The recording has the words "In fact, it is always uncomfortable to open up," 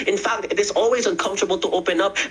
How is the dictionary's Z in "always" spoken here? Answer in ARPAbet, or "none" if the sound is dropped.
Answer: Z